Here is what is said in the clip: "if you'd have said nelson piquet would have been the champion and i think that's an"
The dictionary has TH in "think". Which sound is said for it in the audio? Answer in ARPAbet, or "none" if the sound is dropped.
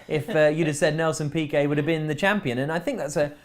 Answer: TH